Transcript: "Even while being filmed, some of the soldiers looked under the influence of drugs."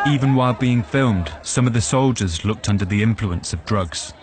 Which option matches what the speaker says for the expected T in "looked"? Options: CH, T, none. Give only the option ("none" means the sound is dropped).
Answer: T